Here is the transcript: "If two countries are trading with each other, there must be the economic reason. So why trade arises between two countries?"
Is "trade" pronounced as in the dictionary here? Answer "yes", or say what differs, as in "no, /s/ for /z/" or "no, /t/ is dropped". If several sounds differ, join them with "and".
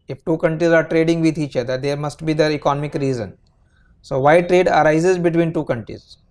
yes